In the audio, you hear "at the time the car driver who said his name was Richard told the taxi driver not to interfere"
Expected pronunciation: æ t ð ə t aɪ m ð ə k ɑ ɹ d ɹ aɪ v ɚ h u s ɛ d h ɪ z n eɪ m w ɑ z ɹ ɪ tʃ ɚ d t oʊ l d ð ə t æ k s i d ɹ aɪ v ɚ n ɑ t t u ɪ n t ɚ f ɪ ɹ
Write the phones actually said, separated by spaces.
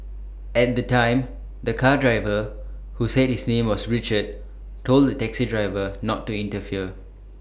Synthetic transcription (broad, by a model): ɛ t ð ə t aɪ m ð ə k ɑ d ɹ aɪ v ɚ h u s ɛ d h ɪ s n eɪ m w ɑ s ɹ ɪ tʃ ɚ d t oʊ l d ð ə t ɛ k s i d ɹ aɪ v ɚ n ɑ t t u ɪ n t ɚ f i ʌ